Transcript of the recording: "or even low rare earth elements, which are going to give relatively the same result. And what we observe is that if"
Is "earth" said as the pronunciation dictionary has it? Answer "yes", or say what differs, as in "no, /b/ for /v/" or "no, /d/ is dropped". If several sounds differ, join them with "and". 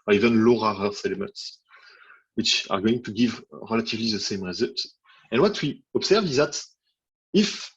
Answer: no, /s/ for /θ/